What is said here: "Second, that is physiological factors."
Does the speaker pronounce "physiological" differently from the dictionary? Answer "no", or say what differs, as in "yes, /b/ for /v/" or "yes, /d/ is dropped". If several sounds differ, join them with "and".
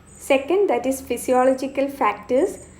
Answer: yes, /s/ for /z/